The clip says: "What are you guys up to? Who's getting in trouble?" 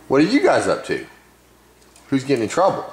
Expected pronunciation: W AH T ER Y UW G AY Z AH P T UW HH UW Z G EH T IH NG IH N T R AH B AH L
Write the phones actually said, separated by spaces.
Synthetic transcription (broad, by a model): W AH T ER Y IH G AY Z AH P T UW HH UW Z G EH T IH NG T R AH B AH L